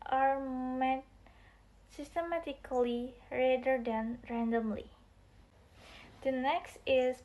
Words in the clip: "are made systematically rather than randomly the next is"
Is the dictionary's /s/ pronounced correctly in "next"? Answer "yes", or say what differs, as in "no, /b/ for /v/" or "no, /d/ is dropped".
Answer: yes